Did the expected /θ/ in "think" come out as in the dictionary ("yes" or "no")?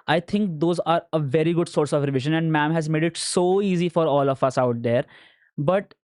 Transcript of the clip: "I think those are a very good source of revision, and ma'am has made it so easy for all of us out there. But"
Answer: no